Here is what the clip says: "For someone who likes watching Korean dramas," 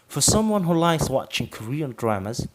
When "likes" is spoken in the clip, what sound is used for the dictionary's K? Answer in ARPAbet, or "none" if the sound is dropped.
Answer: none